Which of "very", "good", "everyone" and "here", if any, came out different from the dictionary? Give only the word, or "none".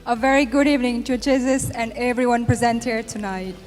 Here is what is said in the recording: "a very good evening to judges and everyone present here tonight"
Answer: none